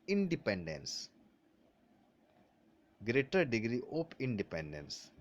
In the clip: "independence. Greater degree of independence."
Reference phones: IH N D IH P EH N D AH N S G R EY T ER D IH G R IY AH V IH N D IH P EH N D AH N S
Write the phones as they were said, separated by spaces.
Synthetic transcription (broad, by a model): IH N D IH P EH N D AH N S G R EY T ER D IH G R IY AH P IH N D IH P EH N D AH N S